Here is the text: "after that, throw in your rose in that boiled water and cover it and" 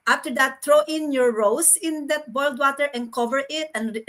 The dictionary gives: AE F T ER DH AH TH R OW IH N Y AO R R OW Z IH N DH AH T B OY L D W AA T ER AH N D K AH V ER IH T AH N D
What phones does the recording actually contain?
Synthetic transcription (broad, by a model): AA F T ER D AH T R OW IH N Y AO R R OW S IH N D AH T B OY L D W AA T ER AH N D K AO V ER IH T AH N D